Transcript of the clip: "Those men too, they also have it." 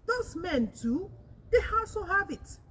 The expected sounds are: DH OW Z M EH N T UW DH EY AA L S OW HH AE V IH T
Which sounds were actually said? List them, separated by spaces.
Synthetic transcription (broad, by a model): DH OW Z M EH N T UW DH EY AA S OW HH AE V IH T